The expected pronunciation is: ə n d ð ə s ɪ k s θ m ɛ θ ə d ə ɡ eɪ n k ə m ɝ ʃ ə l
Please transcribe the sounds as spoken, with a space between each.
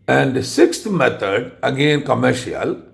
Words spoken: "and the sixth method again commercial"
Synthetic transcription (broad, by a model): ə n d s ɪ k s t m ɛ t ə d ə ɡ eɪ n k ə m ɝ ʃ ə l